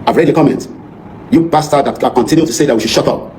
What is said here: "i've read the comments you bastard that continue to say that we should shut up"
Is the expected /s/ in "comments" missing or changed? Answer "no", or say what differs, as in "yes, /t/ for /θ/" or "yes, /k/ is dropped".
yes, /s/ is dropped